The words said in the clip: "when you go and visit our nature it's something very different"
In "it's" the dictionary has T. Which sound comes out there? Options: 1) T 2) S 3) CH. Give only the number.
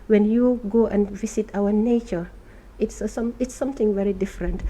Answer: 1